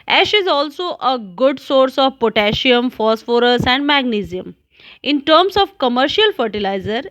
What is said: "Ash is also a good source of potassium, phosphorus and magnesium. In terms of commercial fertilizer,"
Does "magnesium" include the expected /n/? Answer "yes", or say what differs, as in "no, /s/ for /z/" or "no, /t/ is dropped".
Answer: yes